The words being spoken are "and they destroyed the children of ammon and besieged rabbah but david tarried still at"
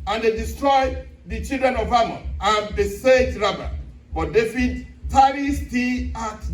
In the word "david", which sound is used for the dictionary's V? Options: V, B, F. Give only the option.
F